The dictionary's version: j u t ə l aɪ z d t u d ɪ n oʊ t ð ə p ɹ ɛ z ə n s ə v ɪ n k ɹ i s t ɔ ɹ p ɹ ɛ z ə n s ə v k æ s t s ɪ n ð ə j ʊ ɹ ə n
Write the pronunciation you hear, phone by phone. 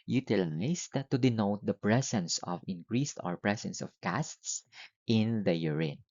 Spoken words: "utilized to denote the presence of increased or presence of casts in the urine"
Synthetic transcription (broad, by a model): j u t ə l aɪ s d t u d ɪ n oʊ t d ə p ɹ ɛ s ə n s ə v ɪ n k ɹ i s t ɔ ɹ p ɹ ɛ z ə n s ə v k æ s t s ɪ n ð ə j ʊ ɹ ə n